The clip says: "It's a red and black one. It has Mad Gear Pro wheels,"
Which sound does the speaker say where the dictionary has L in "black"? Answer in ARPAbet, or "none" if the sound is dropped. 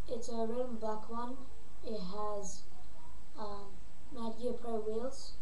none